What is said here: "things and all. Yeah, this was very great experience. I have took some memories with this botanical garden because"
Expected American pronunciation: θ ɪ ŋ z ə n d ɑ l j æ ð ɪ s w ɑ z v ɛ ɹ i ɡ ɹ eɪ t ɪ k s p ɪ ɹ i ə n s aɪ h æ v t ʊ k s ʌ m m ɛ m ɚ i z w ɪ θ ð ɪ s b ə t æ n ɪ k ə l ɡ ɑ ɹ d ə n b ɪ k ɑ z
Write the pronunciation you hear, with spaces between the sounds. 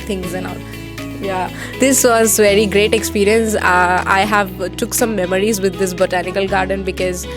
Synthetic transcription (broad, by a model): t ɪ ŋ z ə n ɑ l j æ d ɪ s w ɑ z v ɛ ɹ i ɡ ɹ eɪ t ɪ k s p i ɹ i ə n s aɪ h æ v t ʊ k s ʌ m m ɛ m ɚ i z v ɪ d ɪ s b ə t æ n ɪ k ə l ɡ ɑ ɹ d ə n b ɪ k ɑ z